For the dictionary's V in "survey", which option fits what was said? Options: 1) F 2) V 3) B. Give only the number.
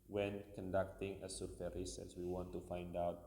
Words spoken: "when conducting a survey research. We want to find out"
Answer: 1